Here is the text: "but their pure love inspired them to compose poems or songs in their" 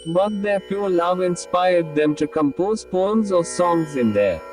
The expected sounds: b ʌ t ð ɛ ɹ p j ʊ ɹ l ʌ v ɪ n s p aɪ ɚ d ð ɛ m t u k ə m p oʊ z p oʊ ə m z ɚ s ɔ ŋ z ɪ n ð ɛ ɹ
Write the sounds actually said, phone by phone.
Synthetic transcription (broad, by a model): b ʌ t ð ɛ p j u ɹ l ʌ v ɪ n s p aɪ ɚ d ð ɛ m t u k ə m p oʊ z p oʊ ə m z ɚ s ɔ ŋ z ɪ n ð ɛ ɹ